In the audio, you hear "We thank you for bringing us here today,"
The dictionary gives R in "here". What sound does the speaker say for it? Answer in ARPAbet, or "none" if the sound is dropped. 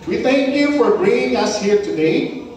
R